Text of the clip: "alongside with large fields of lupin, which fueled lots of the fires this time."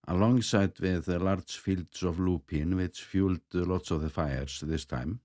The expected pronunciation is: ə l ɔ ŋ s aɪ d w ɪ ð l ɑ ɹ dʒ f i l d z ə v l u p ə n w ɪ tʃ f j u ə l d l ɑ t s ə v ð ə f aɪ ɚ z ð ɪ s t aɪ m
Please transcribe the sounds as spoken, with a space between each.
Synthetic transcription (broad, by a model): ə l ɔ ŋ s aɪ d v ɪ ð l ɑ ɹ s f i l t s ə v l u p ə n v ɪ s f j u l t l ɑ t s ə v ð ə f aɪ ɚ s ð ɪ s t aɪ m